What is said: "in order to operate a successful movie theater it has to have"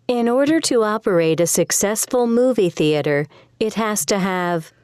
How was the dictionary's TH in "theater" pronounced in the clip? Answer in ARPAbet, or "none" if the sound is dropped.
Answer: TH